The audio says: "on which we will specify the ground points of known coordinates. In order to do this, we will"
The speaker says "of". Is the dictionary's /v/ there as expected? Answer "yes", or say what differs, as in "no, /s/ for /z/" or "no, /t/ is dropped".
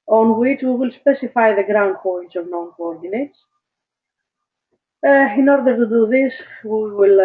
yes